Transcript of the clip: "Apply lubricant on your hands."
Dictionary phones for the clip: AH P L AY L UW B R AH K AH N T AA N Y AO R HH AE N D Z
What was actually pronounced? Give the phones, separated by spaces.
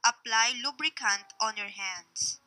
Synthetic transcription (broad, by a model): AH P L AY L UW B R AH K AH N T AA N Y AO R HH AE N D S